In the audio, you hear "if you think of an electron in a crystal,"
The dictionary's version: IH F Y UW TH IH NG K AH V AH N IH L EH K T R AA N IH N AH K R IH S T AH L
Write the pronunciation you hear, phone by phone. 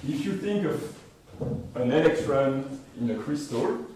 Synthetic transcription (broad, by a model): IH F Y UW TH IH NG K AH V AH N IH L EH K S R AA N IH N AH K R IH S T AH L